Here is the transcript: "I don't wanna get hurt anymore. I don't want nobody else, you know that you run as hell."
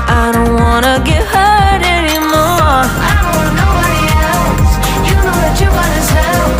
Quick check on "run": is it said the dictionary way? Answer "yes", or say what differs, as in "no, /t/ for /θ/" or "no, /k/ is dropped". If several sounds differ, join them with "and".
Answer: no, /w/ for /ɹ/